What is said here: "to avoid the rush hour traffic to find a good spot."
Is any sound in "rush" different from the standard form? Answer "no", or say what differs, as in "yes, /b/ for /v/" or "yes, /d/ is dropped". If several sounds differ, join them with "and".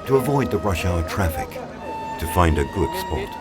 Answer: no